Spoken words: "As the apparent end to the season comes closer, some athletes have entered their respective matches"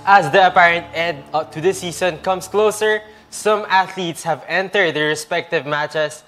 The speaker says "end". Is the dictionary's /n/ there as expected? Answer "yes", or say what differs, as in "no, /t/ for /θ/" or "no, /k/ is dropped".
no, /n/ is dropped